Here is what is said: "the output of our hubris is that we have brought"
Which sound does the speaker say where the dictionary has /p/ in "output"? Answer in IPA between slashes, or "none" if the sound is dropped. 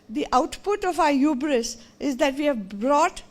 /p/